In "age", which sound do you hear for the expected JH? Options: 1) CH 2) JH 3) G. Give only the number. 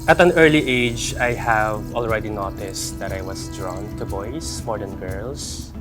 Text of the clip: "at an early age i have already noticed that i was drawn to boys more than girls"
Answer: 2